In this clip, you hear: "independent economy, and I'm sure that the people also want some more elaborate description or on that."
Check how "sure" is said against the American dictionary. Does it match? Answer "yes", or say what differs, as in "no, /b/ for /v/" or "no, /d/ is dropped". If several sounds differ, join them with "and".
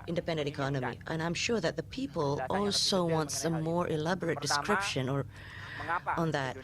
yes